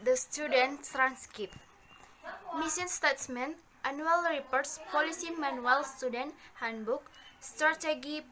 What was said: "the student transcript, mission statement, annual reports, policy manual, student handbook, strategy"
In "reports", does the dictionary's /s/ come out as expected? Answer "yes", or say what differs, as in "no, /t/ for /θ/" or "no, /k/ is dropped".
yes